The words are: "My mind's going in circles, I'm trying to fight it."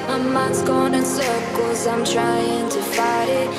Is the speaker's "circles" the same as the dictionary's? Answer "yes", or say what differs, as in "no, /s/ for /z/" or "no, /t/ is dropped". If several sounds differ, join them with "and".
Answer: no, /l/ is dropped